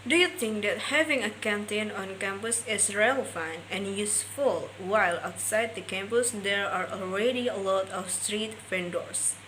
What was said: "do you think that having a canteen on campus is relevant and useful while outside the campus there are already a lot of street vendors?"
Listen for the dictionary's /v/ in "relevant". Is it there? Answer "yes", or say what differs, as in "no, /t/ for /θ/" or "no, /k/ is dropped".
no, /v/ is dropped